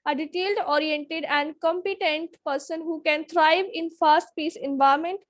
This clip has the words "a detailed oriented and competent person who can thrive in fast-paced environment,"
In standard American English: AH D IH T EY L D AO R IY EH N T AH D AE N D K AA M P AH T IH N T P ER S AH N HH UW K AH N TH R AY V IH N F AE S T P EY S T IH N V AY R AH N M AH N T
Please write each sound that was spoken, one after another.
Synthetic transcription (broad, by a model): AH D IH T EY L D AO R IY EH N T AH D AE N D K AA M P AH T IH N T P ER S AH N HH UW K AH N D R AY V IH N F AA S T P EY S IH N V AY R M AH N T